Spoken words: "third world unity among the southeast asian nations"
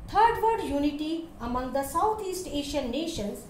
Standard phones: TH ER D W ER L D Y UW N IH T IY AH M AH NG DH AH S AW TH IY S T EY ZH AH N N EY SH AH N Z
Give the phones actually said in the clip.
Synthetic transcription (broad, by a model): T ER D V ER D Y UW N IH T IY AH M AH NG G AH S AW T IY S T EY SH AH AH N EY SH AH N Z